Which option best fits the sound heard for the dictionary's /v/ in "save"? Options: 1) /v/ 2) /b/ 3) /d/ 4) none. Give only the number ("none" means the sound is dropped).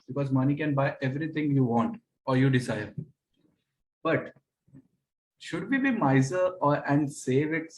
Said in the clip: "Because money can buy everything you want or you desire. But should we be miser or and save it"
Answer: 1